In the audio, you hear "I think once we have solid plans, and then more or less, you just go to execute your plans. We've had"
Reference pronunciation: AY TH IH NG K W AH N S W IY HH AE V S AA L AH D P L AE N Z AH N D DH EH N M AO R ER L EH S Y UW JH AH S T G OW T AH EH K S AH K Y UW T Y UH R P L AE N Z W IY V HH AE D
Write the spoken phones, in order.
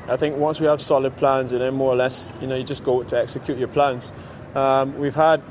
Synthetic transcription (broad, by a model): AY TH IH NG K W AH N S W IY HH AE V S AA L AH D P L AE N Z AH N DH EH N M AO R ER L EH S Y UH JH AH S G OW T AH EH K S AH K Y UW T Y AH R P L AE N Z W IY V HH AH D